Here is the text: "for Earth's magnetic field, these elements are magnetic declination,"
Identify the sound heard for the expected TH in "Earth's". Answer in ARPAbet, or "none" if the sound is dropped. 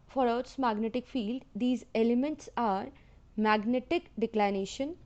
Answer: T